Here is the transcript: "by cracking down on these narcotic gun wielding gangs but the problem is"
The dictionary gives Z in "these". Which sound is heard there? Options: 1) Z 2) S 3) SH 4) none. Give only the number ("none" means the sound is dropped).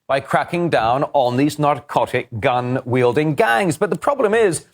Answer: 1